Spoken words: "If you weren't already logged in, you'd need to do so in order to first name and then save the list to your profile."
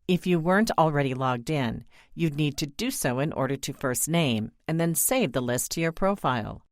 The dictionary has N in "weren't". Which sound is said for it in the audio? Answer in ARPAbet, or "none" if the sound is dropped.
N